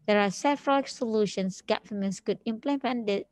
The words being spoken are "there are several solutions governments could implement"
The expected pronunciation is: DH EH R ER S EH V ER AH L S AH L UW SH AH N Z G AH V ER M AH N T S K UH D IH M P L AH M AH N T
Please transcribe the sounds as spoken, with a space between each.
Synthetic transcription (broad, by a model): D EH R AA S EH V ER AH L S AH L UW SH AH N S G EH F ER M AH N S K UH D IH M P L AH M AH N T